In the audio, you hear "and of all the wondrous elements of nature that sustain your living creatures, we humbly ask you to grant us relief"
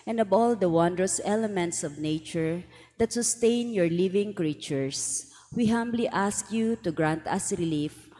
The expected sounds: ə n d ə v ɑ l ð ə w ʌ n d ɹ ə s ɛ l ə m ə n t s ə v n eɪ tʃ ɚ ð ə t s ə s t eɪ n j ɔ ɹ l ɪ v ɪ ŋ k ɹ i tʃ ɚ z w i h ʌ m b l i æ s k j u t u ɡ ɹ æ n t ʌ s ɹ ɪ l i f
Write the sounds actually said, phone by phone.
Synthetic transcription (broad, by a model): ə n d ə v ɑ l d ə w ʌ n d ɹ ə s ɛ l ə m ə n t s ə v n eɪ tʃ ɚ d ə t s ə s t eɪ n j ɔ ɹ l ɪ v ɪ ŋ k ɹ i tʃ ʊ s w i h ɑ m b l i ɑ s k j u t u ɡ ɹ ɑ n t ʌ s ɹ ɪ l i f